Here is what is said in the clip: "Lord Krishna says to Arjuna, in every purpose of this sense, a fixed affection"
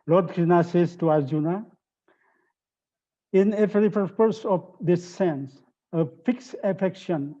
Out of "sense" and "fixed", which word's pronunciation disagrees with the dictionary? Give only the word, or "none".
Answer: fixed